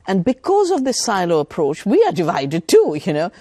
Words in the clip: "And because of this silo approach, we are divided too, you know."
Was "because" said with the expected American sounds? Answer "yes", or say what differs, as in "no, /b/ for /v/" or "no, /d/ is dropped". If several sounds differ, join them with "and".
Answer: yes